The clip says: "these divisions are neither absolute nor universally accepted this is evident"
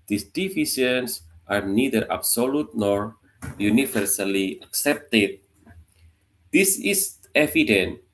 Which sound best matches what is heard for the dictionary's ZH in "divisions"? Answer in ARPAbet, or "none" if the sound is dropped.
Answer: S